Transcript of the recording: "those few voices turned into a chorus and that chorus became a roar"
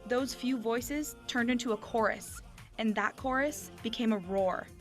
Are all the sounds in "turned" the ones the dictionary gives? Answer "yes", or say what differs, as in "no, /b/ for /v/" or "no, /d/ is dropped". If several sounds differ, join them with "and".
yes